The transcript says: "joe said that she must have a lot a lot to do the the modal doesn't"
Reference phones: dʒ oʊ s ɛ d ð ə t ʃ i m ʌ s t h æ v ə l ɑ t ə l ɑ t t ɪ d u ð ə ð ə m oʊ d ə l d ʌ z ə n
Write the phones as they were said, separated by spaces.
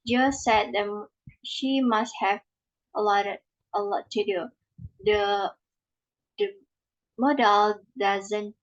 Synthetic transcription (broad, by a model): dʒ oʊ s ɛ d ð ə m ʃ i m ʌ s t h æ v ə l ɑ t ə l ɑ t t ɪ d u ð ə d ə m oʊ d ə l d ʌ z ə n